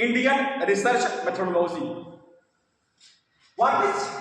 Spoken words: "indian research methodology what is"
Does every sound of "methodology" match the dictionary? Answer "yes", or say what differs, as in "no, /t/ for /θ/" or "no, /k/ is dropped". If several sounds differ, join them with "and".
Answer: no, /z/ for /dʒ/